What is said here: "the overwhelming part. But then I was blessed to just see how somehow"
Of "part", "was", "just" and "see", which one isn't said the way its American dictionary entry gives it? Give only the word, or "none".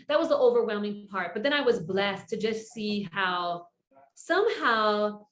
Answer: none